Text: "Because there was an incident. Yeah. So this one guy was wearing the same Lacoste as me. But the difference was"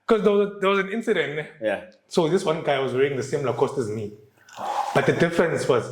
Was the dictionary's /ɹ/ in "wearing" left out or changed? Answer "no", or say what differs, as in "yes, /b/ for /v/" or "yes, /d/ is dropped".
yes, /ɹ/ is dropped